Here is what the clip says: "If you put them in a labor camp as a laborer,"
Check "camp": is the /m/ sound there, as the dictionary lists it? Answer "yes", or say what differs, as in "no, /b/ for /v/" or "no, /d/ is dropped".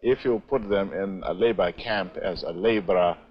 yes